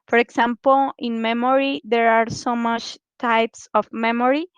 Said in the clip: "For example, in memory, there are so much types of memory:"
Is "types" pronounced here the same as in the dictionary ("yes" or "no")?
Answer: yes